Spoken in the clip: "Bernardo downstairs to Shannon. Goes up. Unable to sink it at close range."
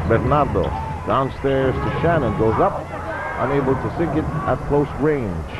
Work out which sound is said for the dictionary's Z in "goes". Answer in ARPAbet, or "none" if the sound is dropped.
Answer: Z